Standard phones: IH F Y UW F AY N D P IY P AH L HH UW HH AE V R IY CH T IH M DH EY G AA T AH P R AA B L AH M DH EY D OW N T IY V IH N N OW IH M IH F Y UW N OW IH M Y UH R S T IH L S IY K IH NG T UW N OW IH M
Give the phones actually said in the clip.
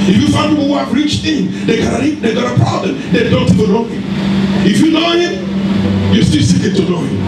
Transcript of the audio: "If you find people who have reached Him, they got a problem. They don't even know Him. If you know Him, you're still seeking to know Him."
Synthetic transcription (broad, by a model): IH F Y UW F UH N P IY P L HH UW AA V R IY CH T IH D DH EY G AA T AH P R AA B L AH M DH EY D OW N T IY V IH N N OW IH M IH F Y UW N OW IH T Y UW S T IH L S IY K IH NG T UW N OW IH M